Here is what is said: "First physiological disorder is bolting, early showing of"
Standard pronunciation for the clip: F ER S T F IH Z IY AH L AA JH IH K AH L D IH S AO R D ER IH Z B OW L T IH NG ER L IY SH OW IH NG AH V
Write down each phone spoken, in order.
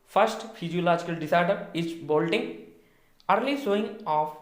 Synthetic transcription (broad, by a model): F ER S T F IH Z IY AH L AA JH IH K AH L D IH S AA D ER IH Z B OW L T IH NG ER L IY S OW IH NG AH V